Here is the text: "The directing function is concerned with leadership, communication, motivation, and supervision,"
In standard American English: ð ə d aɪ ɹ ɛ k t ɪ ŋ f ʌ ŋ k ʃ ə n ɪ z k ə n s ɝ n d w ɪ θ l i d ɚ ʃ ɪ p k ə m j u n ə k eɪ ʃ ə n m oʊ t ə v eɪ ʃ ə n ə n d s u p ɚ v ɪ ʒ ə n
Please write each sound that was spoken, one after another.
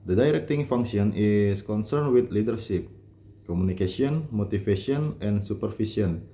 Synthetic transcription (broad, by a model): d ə d aɪ ɹ ɛ k t ɪ ŋ f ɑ ŋ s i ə n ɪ s k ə n s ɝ n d w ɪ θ l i d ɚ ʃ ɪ p k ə m u n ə k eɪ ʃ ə n m oʊ t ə f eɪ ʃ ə n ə n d s u p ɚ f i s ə n